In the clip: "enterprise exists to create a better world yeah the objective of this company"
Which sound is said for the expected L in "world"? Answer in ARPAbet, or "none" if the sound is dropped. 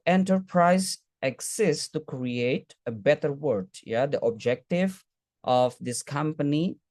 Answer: none